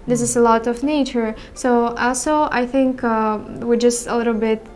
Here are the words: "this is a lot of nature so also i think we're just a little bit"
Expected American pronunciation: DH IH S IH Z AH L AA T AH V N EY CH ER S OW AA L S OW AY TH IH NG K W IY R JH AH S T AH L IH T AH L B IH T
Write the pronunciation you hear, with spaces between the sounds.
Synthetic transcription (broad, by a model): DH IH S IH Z AH L AA T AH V N EY CH ER S OW AA L S OW AY TH IH NG K W IY R JH AH S T AH L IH T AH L B IH T